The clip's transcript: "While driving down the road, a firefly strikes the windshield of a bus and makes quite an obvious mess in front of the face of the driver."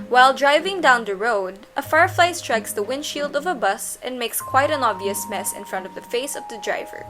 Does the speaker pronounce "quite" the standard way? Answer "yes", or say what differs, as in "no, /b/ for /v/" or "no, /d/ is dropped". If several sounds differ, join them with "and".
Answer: yes